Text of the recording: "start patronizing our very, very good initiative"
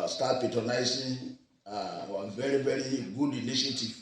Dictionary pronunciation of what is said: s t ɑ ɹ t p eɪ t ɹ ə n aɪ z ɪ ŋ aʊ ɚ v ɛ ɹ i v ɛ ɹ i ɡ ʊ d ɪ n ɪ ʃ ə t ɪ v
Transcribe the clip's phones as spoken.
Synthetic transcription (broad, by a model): s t ɑ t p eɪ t ə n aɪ s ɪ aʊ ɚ v ɛ ɹ i v ɛ ɹ i ɡ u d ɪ n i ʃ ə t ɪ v